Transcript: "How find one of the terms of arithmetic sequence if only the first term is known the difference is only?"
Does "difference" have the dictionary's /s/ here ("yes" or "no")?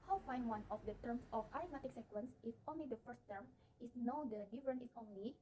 no